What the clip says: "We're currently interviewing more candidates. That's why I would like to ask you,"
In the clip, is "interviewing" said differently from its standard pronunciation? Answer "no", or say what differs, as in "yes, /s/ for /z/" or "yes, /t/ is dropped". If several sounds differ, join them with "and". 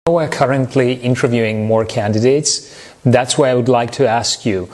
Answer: no